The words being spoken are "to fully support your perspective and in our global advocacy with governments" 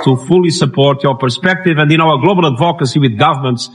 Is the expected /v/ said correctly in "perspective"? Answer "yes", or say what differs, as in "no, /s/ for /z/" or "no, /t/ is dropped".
yes